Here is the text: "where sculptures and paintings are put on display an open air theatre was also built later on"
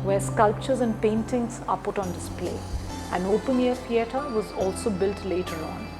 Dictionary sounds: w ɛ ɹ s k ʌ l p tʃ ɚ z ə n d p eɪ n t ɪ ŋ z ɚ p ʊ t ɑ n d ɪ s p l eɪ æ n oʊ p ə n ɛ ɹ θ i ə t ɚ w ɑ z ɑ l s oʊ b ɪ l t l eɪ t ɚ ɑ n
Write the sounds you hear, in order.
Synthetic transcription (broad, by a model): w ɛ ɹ s k ʌ l p tʃ ɚ z ə n d p eɪ n t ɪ ŋ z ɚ p ʊ t ɑ n d ɪ s p l eɪ æ n oʊ p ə n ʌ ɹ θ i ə t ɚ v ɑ z ɑ l s oʊ b ɪ l t l eɪ t ɚ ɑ n